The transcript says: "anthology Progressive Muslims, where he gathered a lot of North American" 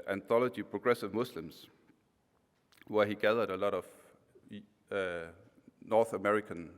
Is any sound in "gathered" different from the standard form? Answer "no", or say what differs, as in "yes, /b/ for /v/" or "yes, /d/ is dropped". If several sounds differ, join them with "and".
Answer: no